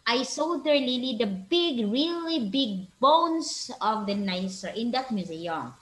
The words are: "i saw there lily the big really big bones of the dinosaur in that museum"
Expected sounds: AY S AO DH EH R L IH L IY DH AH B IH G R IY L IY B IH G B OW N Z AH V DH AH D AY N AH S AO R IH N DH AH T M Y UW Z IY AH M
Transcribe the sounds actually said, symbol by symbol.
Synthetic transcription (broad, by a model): AY S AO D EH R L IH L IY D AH B IH G R IY L IY B IH G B OW N S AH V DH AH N AY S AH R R IH N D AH T M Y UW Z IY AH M